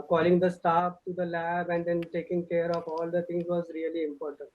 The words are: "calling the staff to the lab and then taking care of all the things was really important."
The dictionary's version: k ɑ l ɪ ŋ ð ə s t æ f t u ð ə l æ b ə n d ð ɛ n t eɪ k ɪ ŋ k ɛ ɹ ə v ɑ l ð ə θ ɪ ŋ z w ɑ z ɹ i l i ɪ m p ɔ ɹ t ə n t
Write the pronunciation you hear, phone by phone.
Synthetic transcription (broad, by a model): k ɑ l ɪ ŋ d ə s t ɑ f t u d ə l æ b ə n d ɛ n t eɪ k ɪ ŋ k ɛ ɹ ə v ɑ l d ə t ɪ ŋ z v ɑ z ɹ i l i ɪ m p ɔ ɹ t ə n t